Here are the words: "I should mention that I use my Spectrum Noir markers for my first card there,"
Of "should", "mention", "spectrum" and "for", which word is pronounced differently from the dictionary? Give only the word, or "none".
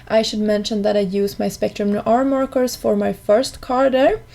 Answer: none